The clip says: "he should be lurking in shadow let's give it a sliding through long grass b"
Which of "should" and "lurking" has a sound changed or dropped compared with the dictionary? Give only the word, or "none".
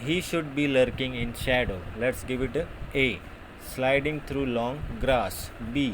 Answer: none